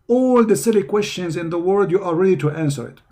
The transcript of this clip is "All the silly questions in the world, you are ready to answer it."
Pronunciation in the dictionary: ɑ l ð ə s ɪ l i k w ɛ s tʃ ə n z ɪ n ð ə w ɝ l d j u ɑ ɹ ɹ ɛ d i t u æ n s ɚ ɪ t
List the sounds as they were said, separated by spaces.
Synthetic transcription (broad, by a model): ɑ l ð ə s ɪ l i k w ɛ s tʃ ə n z ɪ n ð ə w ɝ d j u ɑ l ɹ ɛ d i t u æ n s ɚ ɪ t